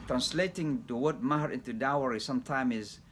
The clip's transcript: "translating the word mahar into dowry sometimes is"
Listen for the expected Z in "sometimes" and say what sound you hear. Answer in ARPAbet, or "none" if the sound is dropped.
none